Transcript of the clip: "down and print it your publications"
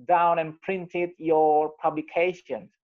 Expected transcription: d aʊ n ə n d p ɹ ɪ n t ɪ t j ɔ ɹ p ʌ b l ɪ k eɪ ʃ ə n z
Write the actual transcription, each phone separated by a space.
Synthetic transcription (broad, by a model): d aʊ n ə n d p ɹ ɪ n t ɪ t j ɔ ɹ p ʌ b l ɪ k eɪ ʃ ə n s